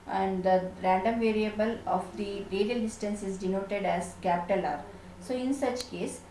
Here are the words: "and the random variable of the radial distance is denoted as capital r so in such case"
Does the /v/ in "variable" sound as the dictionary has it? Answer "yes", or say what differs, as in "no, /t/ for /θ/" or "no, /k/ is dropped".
yes